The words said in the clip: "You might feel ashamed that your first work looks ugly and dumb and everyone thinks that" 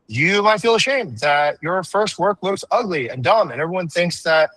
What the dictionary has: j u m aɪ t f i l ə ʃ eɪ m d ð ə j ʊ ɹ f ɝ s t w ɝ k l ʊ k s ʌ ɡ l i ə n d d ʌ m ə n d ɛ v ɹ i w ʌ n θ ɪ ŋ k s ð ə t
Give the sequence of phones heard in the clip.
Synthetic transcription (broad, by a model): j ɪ m aɪ t f i l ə ʃ eɪ m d ð ə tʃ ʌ ɹ f ɝ s t w ɝ k l ʊ k s ʌ ɡ l i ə n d d ʌ m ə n ɛ v ɹ i w ʌ n θ ɪ ŋ k s ð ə t